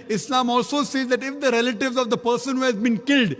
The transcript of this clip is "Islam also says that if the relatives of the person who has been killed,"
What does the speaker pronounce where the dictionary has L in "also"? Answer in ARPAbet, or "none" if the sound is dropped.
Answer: L